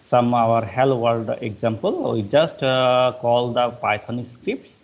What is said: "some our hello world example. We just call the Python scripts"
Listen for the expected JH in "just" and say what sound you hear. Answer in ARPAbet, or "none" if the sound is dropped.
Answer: JH